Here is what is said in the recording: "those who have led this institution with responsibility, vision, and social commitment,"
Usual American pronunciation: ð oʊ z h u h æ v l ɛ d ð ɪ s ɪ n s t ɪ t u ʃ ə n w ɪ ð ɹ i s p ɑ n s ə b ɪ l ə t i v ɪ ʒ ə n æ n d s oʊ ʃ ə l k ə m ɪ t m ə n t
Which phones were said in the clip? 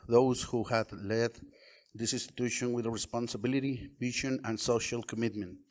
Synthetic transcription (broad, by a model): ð oʊ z h u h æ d l ɛ d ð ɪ s ɪ n s t ɪ t u ʃ ə n w ɪ ð ɹ i s p ɑ n s ə b ɪ l ə t i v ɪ ʃ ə n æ n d s oʊ ʃ ə l k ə m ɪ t m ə n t